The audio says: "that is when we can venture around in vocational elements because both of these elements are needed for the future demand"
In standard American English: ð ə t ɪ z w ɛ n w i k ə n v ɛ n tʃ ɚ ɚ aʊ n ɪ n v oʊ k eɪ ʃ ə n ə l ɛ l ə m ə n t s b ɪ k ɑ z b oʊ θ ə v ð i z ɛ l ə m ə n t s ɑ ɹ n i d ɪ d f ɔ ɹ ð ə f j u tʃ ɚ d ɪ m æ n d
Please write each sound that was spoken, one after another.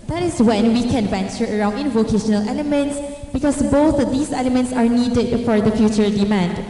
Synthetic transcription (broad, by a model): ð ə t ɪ s w ɛ n w i k ə n v ɛ n tʃ ɚ ɚ aʊ n ɪ n v oʊ k eɪ ʃ ə n ə l ɛ l ə m ə n t s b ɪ k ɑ s b oʊ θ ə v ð i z ɛ l ə m ə n t s ɑ ɹ n i d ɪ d f ɔ ɹ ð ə f j u tʃ ɚ d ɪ m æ n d